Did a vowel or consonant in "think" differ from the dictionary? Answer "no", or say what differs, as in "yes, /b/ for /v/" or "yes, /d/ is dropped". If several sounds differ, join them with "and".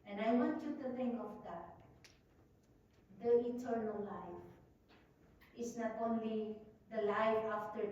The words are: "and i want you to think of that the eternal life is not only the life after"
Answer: yes, /k/ is dropped